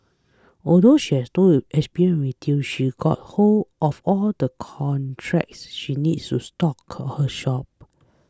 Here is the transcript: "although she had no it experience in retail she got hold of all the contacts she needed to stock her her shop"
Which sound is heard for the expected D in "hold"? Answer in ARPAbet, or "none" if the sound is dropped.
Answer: none